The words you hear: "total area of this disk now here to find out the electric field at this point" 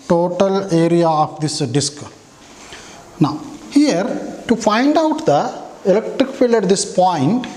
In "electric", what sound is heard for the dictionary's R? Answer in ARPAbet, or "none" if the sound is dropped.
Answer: R